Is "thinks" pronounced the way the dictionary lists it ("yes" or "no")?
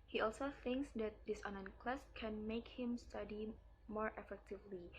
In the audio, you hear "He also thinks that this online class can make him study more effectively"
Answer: yes